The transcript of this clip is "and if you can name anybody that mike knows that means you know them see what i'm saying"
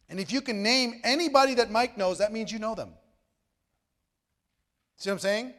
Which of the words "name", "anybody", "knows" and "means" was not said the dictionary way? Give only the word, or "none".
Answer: none